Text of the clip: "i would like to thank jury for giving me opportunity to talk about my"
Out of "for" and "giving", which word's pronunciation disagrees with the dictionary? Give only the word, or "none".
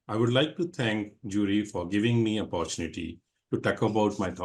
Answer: none